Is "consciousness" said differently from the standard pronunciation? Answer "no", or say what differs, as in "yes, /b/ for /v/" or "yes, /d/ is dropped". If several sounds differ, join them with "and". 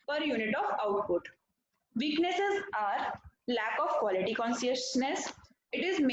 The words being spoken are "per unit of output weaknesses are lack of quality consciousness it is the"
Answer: yes, /s/ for /ʃ/